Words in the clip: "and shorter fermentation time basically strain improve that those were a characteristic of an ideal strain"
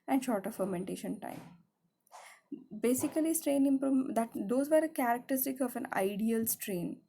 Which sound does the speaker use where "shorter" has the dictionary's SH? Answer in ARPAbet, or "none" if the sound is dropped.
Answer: SH